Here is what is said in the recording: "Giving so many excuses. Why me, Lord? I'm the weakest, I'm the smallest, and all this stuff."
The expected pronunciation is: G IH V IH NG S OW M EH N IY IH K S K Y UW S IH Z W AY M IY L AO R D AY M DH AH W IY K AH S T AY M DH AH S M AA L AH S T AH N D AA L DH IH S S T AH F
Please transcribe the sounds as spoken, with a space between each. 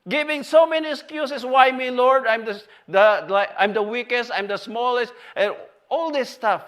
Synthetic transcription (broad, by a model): G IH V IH NG S OW M EH N IY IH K S K Y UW S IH S W AY M IY L AO R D AY M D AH W IY K AH S T AY M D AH S M AA L AH S T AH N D AA L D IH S S T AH F